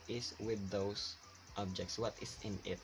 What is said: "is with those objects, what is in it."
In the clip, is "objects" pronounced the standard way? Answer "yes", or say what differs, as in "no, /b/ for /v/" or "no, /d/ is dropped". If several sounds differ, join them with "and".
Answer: yes